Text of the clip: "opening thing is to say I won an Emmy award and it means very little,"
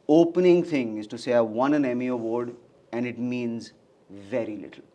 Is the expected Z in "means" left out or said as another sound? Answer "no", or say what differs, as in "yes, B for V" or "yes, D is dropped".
no